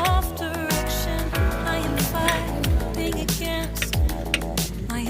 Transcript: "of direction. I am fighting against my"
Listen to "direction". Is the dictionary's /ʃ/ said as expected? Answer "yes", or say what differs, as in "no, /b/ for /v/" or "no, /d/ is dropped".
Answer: yes